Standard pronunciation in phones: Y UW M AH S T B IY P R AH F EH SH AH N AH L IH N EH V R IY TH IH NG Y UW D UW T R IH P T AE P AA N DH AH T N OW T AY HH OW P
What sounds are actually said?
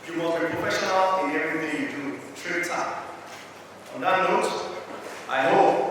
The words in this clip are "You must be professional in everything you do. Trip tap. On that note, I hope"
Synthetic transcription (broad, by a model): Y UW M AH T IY P R AH F EH SH AH N AH L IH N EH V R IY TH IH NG Y UW D UW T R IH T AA AA N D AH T N OW T AY HH OW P